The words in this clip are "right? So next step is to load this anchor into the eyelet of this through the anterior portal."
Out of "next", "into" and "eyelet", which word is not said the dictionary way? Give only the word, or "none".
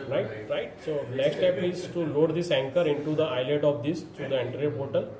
next